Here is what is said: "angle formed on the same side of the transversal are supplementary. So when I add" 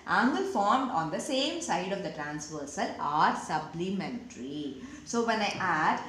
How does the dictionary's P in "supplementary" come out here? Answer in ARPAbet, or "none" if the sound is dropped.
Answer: B